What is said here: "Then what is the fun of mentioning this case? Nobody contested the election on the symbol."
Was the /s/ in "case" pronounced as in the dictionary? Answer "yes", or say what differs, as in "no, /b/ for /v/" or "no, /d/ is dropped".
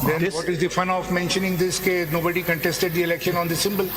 no, /s/ is dropped